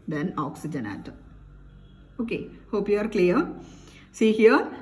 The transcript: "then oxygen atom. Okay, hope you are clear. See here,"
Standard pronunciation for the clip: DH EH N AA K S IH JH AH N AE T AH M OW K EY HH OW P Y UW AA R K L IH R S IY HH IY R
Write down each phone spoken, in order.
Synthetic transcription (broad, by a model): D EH N AA K S IH JH AH N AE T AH OW K EY HH OW P Y UW AA R K L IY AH S IY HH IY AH